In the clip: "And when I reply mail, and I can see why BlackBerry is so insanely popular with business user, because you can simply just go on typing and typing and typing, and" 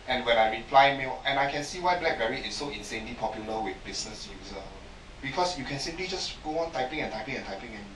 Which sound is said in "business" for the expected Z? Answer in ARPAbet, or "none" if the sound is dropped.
S